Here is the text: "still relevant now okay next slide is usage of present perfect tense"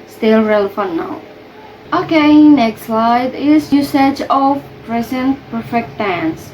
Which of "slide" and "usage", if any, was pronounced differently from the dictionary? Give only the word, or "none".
none